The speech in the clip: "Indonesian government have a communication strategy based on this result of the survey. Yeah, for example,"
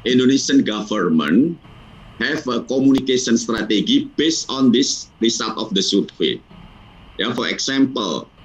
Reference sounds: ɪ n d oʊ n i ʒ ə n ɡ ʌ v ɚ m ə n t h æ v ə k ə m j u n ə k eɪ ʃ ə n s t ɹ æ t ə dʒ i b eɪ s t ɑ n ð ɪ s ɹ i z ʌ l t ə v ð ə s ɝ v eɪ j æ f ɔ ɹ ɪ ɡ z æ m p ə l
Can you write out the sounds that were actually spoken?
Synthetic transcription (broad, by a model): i n d oʊ n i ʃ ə n ɡ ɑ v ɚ m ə n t h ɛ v ə k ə m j u n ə k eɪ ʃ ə n s t ɹ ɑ t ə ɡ i b eɪ s t ɑ n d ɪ s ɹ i s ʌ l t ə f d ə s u w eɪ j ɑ f ɔ ɹ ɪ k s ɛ m p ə l